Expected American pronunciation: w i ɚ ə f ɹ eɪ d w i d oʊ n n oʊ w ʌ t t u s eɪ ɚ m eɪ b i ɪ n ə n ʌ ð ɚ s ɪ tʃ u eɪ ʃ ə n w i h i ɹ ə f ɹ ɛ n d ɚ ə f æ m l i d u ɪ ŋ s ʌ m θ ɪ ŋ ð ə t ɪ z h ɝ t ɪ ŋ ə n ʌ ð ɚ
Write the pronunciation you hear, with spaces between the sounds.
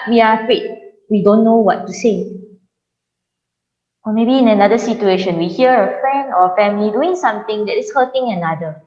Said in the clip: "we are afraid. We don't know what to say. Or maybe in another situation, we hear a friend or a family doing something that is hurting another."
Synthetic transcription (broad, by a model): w i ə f eɪ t w i d oʊ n n oʊ w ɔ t t u s eɪ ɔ m eɪ b i ɪ n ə n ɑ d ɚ s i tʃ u eɪ ʃ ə n w i h i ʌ ə f ɹ ɛ n d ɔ ə f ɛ m l i d u ɪ ŋ s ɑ m t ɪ ŋ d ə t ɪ s h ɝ t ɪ ŋ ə n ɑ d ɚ